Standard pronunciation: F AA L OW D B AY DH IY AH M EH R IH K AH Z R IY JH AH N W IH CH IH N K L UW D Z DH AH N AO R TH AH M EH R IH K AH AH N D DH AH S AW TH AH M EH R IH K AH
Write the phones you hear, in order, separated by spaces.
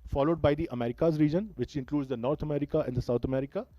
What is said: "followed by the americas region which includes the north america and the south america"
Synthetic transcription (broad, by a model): F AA L OW D B AY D IY AH M EH R IH K AH Z R IY JH AH N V IH CH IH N K L UW D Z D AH N AO R T AH M EH R IH K AH AH N D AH S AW T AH M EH R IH K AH